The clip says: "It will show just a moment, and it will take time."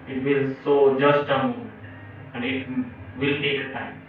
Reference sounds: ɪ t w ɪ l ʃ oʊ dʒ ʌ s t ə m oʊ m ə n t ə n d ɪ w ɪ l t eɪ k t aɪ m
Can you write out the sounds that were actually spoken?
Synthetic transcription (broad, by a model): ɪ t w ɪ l s oʊ dʒ ʌ s t ə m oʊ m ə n ə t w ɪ l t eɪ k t aɪ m